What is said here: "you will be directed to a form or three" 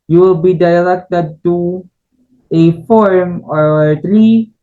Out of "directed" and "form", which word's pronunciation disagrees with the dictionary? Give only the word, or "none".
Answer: directed